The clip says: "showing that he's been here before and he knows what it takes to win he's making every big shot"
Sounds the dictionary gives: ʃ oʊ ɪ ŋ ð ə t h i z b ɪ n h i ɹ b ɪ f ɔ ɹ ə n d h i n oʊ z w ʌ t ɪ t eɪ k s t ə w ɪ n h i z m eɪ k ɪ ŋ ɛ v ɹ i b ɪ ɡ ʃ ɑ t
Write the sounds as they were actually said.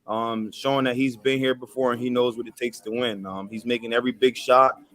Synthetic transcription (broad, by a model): ʃ oʊ ɪ ŋ ð ə t h i z b ɪ n h i ɹ b ɪ f ɔ ɹ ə n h i n oʊ z w ʌ t ɪ t eɪ k s t ə w ɪ n h i z m eɪ k ɪ ŋ ɛ v ɹ i b ɪ ɡ ʃ ɑ t